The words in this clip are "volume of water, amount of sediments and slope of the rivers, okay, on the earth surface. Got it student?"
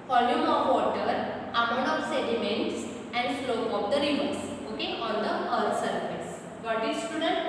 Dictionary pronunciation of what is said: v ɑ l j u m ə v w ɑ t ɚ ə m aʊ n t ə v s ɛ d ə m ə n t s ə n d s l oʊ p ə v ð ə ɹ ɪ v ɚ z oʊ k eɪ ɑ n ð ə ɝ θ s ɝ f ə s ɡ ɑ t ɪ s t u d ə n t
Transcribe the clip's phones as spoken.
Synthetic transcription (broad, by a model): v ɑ l j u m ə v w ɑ t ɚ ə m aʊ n ə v s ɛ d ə m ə n t s ə n d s l oʊ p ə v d ə ɹ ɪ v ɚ s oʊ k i ɑ n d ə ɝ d s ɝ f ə s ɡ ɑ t ɪ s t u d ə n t